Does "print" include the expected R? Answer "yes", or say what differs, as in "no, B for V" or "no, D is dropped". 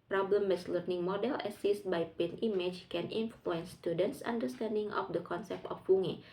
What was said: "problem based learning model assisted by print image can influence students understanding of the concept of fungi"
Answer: no, R is dropped